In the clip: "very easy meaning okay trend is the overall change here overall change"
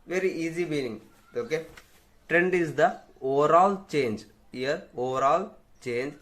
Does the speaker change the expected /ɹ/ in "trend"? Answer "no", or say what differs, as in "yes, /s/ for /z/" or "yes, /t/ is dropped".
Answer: no